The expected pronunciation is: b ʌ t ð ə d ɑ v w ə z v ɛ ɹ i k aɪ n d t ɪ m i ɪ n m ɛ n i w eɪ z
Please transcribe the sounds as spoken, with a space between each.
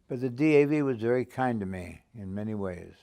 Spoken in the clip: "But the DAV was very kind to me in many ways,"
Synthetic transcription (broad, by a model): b ʌ t ð ə d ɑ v w ə z v ɛ ɹ i k aɪ n t ɪ m i ɪ n m ɛ n i w eɪ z